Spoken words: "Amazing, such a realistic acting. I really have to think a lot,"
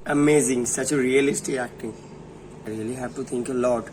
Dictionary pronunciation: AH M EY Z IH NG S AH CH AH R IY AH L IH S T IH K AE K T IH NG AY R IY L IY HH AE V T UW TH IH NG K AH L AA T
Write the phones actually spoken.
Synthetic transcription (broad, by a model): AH M EY Z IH NG S AH CH AH R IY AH L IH S T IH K AE K T IH NG AY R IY L IY HH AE P T UW T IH NG K AH L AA T